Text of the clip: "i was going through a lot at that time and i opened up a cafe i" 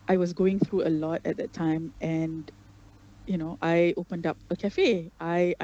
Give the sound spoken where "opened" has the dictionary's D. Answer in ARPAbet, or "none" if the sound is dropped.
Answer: D